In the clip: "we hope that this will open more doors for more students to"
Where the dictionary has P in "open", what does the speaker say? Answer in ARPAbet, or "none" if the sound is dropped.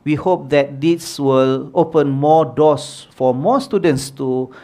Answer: P